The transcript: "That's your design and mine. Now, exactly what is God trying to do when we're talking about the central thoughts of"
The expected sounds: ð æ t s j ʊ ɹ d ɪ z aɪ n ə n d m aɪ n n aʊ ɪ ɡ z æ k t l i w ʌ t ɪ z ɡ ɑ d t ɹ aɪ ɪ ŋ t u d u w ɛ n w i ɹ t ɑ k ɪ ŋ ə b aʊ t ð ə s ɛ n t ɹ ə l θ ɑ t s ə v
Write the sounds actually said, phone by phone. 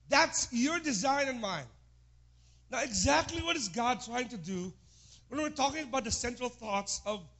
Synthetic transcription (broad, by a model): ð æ t s j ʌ ɹ d ɪ z aɪ n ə n m aɪ n n aʊ ɪ ɡ z æ k t l i w ʌ t ɪ z ɡ ɑ d t ɹ aɪ ɪ ŋ t u d u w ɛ n w i ɹ t ɑ k ɪ ŋ ə b aʊ t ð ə s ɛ n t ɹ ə l θ ɑ t s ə v